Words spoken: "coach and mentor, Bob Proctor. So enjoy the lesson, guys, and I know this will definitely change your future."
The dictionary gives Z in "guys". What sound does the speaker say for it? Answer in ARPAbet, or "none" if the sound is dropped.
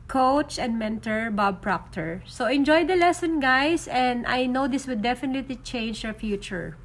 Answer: S